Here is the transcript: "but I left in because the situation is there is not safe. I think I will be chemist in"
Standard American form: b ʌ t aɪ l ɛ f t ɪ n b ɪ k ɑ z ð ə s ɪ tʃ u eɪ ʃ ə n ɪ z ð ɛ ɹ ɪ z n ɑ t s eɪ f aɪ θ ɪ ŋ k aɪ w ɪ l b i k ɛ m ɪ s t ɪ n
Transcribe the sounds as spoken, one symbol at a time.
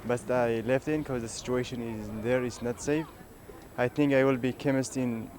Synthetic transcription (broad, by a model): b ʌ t aɪ l ɛ f t ɪ n k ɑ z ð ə s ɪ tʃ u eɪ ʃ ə n ɪ z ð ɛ ɹ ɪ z n ɑ t s eɪ f aɪ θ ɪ ŋ k aɪ w ɪ l b i k ɛ m ɪ s t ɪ n